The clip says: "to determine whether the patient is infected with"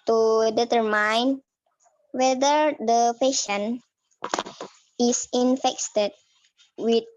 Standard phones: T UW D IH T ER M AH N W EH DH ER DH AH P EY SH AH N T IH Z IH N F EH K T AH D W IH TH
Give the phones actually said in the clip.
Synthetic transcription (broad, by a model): T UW D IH T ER M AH N W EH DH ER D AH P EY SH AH N IH S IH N F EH K T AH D W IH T